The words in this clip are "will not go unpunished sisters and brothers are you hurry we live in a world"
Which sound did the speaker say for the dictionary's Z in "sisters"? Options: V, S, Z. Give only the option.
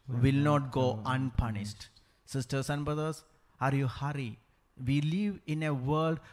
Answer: S